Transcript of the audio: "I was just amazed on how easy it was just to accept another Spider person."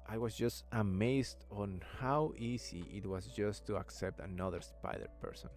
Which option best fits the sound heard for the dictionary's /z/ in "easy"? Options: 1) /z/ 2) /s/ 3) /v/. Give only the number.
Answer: 2